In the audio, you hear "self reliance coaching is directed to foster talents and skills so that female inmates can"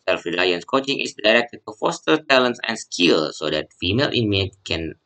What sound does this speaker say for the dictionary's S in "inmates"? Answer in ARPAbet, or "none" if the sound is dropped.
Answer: none